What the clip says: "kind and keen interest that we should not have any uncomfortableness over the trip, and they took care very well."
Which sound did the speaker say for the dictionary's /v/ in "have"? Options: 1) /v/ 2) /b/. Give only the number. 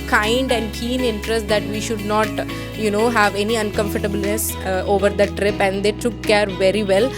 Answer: 1